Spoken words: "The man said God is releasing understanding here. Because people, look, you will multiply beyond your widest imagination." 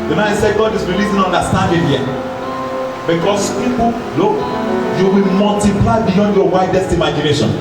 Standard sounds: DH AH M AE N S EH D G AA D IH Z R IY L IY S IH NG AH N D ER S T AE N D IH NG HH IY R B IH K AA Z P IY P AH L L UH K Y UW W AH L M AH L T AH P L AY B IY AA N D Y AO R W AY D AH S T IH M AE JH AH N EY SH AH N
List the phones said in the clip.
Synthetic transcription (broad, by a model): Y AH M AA S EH G AA D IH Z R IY L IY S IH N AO N D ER S T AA N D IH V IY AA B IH K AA S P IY P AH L L UH K Y UW W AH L M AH L T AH P L AY B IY AA N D Y AO W AY D AH S T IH M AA JH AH N EY SH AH N